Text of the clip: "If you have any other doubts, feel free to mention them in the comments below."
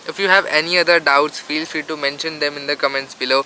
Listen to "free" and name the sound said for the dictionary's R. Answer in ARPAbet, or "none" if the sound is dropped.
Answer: none